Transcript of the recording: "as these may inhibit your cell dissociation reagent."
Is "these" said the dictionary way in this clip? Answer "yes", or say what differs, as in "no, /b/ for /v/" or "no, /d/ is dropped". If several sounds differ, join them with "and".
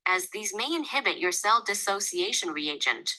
yes